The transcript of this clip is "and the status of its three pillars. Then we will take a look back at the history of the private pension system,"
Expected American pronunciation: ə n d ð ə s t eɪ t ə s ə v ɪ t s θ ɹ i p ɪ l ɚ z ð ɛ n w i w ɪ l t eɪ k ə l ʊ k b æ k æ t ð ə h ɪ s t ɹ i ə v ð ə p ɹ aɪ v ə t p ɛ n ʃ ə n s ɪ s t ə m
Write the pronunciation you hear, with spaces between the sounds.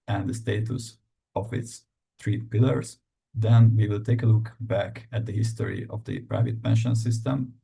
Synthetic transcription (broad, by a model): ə n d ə s t eɪ t ə s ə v ɪ t s t ɹ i p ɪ l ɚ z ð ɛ n w i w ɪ l t eɪ k ə l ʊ k b æ k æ t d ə h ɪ s t ɹ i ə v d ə p ɹ aɪ v ə t p ɛ n ʃ ə n s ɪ s t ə m